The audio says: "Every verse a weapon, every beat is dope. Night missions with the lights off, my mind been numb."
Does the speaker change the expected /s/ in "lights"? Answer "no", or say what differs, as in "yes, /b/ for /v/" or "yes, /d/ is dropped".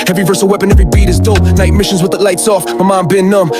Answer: no